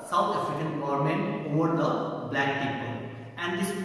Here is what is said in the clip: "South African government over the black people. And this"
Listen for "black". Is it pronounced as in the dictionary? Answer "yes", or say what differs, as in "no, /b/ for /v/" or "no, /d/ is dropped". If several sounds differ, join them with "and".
yes